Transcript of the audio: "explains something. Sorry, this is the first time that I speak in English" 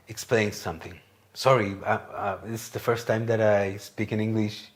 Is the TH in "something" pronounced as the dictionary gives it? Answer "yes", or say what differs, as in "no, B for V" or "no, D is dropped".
yes